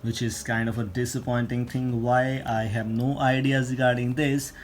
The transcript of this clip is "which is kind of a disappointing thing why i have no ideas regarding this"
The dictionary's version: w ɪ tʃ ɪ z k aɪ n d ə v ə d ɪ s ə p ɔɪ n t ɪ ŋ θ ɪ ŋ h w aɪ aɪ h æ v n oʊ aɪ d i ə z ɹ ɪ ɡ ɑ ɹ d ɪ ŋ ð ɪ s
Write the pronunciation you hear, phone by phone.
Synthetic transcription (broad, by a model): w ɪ tʃ ɪ z k aɪ n d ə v ə d ɪ s ə p ɔɪ n t ɪ ŋ t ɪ ŋ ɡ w aɪ aɪ h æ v n oʊ aɪ d i ə z ɹ ɪ ɡ ɑ ɹ d ɪ ŋ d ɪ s